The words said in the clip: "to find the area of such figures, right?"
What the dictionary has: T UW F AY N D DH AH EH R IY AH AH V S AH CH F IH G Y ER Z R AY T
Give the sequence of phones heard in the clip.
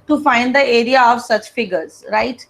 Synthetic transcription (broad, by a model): T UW F AY N D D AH EH R IY AH AH V S AH CH F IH G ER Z R AY T